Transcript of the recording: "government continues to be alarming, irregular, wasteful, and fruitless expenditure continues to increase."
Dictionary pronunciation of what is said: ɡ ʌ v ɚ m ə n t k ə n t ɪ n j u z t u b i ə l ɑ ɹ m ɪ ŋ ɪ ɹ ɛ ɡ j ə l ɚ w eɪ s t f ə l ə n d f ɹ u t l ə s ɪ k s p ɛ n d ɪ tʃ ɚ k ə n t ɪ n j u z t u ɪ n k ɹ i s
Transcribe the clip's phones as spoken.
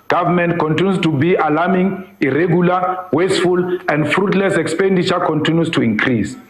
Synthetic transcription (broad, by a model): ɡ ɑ v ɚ m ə n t k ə n t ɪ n j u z t u b i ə l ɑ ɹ m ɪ ŋ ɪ ɹ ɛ ɡ j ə l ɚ w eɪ s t f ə l ə n d f ɹ u t l ə s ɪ k s p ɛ n d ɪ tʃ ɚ k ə n t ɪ n j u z t u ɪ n k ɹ i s